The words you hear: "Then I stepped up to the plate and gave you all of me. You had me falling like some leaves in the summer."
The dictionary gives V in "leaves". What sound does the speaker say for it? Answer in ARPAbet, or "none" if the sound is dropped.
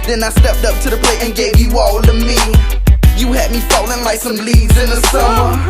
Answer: none